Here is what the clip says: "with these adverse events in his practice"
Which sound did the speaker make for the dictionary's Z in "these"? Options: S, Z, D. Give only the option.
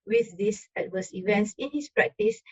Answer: S